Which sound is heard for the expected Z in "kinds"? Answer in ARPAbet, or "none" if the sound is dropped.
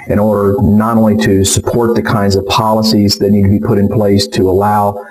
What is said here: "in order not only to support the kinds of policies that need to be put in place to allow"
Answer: Z